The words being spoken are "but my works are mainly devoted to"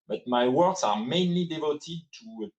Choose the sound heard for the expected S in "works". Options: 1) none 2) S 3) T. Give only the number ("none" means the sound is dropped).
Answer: 2